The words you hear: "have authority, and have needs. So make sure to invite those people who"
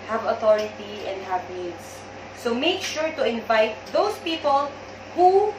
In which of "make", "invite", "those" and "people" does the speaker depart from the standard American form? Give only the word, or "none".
those